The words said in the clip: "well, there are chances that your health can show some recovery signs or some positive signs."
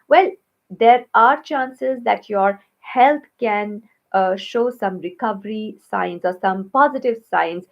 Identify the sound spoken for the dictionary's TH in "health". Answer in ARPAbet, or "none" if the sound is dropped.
T